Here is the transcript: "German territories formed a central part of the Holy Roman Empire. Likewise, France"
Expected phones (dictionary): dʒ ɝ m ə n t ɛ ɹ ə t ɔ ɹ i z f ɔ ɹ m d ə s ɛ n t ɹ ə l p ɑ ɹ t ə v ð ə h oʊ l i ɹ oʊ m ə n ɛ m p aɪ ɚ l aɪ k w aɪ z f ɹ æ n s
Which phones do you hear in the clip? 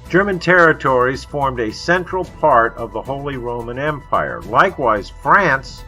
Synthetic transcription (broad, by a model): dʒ ɝ m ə n t ɛ ɹ ə t ɔ ɹ i z f ɔ ɹ m d ə s ɛ n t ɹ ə l p ɑ ɹ t ə v ð ə h oʊ l i ɹ oʊ m ə n ɛ m p aɪ ɚ l aɪ k w aɪ z f ɹ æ n s